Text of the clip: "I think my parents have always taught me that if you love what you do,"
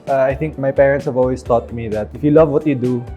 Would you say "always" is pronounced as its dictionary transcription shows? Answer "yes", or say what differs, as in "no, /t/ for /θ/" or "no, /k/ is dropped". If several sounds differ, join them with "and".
no, /s/ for /z/